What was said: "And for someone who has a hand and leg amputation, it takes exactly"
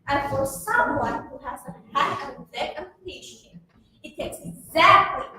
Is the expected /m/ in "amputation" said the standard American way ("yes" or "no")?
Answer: no